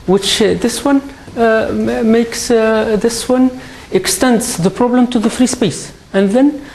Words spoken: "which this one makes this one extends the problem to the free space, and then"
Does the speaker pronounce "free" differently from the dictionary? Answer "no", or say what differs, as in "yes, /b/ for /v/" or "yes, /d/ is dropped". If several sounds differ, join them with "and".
no